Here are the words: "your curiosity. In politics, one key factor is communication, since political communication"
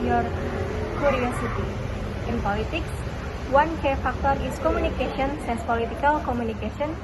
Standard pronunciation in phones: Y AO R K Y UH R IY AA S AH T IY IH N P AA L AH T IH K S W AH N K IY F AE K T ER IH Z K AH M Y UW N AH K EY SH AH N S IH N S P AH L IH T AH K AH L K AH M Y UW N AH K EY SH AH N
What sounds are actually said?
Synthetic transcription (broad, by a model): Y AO R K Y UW R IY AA S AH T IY IH N P AA L AH T IH K S W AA N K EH F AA K T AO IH S K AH M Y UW N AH K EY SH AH N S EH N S P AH L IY T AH K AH L K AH M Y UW N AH K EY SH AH N